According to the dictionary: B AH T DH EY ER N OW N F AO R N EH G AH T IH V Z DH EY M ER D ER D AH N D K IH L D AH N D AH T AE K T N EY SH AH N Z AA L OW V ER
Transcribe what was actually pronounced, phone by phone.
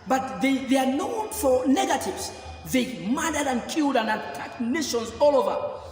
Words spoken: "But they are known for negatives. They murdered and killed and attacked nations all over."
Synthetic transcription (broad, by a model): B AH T DH EY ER N OW N F AO R N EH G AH T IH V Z DH EY M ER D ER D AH N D K IH L D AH N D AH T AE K N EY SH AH N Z AA L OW V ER